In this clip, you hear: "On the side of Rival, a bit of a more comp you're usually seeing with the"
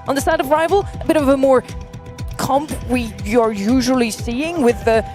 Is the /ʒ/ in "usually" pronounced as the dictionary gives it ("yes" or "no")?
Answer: yes